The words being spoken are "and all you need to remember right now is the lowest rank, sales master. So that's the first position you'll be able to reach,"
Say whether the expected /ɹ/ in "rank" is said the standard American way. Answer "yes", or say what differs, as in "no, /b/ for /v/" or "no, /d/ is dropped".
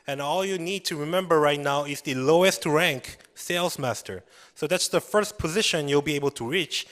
yes